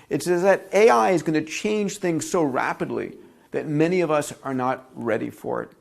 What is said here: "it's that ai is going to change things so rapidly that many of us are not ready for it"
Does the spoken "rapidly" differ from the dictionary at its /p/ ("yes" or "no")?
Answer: no